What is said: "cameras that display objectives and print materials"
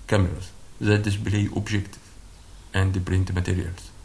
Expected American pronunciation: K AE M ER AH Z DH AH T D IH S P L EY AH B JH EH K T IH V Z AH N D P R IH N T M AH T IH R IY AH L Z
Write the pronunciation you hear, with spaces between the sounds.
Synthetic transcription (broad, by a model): K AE M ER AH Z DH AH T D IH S B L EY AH B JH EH K T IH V AH N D P R IH N T M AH T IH R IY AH L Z